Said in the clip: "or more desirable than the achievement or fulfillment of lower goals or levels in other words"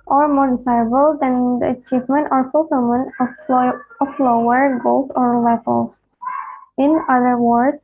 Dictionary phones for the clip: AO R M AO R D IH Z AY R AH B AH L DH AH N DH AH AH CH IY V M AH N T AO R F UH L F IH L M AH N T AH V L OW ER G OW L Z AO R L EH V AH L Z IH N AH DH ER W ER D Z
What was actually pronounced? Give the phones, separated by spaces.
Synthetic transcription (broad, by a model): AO R M AO R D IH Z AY AH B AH L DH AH N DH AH AH CH IY V M AH N T AO R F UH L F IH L M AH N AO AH F L OW ER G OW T AO R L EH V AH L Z IH N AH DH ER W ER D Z